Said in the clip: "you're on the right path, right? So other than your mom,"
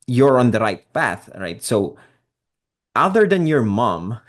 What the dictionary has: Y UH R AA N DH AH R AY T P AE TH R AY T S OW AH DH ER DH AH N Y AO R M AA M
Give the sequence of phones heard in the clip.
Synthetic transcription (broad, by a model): Y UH R AA N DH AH R AY T P AE TH R AY T S OW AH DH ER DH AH N Y AO R M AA M